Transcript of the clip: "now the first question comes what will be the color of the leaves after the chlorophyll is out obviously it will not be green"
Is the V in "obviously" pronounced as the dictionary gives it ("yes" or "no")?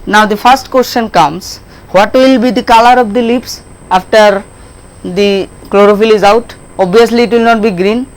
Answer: no